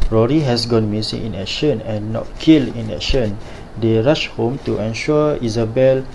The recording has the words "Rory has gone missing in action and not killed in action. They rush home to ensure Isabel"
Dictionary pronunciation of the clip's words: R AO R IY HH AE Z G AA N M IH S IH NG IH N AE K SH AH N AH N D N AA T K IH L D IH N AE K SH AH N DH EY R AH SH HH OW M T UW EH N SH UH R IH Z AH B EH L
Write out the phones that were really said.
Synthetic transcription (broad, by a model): R AO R IY HH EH S G AA N M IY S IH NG IH N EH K SH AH N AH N N AA T K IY L IH N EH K SH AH N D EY R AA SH HH OW M T UW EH N SH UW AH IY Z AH B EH L